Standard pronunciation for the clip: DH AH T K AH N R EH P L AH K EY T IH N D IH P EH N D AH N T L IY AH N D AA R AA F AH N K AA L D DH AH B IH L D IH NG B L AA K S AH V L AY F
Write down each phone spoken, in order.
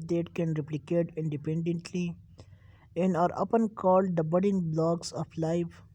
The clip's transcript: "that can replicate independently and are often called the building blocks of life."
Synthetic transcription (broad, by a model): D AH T K AH N R EH P L AH K EY T IH N D IH P EH N D AH N T L IY AH N D AA R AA P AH N K AA L D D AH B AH D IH NG B L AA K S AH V L AY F